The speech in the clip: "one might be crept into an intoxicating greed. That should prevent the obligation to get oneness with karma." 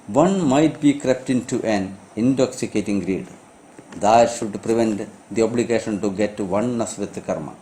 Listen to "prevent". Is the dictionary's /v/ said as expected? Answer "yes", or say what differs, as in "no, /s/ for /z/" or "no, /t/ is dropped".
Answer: yes